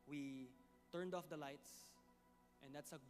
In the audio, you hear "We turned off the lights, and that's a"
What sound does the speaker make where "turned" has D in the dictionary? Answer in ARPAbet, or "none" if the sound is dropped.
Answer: D